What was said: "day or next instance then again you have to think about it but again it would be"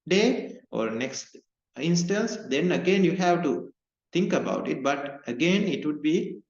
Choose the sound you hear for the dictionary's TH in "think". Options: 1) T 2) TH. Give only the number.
1